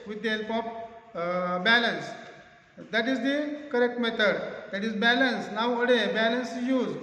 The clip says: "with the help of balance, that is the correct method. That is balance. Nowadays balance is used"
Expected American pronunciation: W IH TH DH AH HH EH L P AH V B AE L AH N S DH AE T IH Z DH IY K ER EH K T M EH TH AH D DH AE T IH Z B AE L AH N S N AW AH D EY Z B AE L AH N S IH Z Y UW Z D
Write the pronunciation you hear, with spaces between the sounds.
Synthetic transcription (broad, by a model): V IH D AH HH EH L P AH F B AE L AH N S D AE T IH Z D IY K ER EH K T M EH T AH D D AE T IH Z B AE L AH N S N AW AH D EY B AE L AH N S Y UW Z